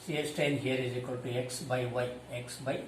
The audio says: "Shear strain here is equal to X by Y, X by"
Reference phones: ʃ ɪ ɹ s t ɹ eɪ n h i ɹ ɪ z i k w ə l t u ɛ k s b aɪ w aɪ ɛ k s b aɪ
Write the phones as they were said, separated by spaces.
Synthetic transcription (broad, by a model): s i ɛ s t eɪ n h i ɹ ɪ z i k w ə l t u ɛ k s b aɪ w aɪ ɛ k s b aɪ